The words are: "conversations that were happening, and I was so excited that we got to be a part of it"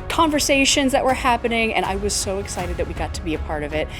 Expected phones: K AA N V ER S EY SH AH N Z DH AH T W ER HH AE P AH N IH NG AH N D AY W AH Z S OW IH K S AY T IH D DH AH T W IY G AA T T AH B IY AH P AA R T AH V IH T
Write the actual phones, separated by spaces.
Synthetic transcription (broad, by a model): K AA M V ER S EY SH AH N Z DH AH T W ER HH AE P AH N IH NG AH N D AY W AH Z S OW IH K S AY T IH D DH AH T W IY G AA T T AH B IY AH P AA R T AH V IH T